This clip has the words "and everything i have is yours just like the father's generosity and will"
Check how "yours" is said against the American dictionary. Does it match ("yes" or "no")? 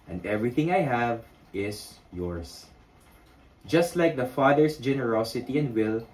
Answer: no